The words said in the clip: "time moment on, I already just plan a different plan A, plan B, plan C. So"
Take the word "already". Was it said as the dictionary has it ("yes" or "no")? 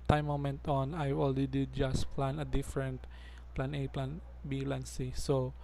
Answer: no